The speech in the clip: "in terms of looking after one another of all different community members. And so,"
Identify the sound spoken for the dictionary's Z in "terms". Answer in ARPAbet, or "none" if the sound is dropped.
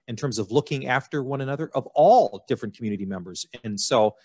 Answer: Z